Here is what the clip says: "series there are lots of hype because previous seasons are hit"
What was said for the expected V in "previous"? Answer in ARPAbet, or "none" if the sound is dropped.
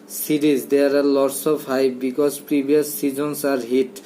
B